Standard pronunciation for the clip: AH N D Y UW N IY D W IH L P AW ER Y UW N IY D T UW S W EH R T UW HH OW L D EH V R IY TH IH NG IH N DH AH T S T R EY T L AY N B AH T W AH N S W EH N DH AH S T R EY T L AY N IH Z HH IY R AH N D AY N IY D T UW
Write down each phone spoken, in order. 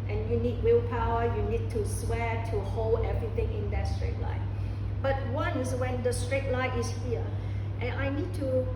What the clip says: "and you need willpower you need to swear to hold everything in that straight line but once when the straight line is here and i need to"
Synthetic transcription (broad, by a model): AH N Y UW N IY D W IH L P AW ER Y UW N IY D T UW S W EH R T UW HH OW L D EH V R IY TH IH NG IH N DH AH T S T R EY T L AY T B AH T W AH N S W EH N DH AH S T R EY T L AY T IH S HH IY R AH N AY N IY D T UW